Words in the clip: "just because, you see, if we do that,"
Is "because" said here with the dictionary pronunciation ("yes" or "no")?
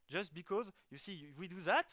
yes